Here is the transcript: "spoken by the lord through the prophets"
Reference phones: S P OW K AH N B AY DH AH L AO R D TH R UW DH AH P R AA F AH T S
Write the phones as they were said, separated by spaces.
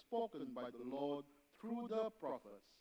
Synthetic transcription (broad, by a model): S P OW K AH N B AY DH AH L AO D T R UW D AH P R AA F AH T S